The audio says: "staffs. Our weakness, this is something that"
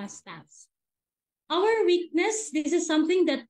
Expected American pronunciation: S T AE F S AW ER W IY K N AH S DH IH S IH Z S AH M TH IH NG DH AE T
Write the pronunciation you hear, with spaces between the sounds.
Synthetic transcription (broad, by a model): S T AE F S AW ER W IY K N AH S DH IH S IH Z S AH M T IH NG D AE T